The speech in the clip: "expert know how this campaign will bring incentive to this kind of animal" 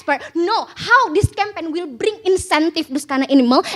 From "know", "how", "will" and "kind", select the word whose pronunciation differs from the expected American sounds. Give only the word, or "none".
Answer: kind